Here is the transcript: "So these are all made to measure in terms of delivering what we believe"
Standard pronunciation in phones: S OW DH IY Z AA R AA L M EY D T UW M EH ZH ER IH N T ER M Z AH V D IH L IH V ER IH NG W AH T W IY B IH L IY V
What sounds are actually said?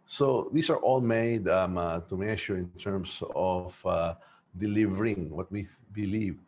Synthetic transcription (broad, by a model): S OW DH IY S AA R AA L M EY D T UW M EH SH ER IH N T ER M S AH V D IH L IH V ER IH NG W AH T W IY B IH L IY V